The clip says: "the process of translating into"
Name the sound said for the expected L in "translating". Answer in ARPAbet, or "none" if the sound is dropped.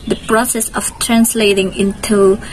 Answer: L